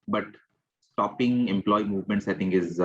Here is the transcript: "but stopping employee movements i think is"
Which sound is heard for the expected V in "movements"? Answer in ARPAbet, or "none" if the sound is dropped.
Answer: V